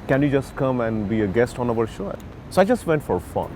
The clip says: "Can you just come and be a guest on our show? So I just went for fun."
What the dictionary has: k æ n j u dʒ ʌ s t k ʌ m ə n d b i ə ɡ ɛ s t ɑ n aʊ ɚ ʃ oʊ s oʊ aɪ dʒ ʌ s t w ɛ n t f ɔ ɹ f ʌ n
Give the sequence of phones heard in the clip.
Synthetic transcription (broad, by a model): k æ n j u dʒ ʌ s t k ʌ m ə n d b i ə ɡ ɛ s t ɑ n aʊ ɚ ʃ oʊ s oʊ aɪ dʒ ʌ s t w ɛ n t f ɔ ɹ f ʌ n